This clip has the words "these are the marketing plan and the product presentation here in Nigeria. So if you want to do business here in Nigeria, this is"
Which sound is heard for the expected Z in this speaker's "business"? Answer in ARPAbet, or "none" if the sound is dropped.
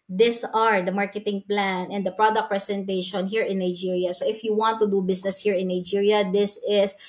S